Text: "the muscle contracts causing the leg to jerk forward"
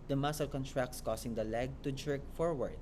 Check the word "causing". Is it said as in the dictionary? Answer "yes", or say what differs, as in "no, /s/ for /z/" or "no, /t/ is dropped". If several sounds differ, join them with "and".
no, /s/ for /z/